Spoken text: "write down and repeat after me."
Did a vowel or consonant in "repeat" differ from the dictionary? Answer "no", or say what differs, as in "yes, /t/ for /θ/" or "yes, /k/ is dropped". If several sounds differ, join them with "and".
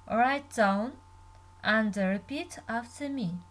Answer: no